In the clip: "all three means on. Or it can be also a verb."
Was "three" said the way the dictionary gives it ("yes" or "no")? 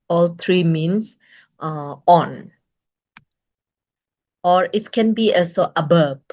no